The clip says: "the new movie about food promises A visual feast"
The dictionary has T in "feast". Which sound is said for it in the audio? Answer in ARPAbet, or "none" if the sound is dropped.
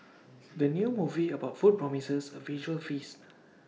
none